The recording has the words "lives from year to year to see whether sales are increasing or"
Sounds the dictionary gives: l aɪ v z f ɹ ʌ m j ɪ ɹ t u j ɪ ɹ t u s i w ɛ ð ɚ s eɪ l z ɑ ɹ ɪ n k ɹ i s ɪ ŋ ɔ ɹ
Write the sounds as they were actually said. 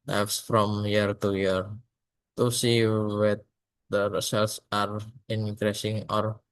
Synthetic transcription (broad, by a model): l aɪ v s f ɹ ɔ m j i ɹ t u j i ɹ t u s i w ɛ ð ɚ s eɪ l s ɑ ɹ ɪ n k ɹ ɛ s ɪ ŋ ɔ ɹ